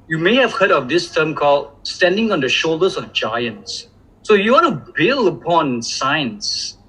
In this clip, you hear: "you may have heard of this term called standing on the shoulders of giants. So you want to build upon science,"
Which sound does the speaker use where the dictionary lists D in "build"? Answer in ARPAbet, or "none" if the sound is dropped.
none